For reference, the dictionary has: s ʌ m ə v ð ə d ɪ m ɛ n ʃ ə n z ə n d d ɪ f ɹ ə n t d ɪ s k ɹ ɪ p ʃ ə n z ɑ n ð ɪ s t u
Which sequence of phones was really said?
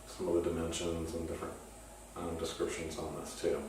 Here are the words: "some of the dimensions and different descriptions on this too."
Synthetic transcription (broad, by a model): s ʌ m ə v ð ə d ɪ m ɛ n ʃ ə n z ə n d d ɪ f ɹ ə n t d ɪ s k ɹ ɪ p ʃ ə n z n ð ɪ s t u